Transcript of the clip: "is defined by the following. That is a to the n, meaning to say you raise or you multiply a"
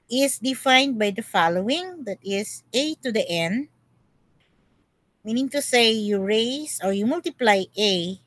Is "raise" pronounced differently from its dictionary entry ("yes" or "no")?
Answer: yes